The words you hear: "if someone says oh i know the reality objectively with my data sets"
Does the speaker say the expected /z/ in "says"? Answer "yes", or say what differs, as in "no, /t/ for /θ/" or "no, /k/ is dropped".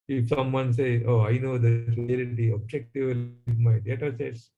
no, /z/ is dropped